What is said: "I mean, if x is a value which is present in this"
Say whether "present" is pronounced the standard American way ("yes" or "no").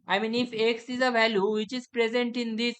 yes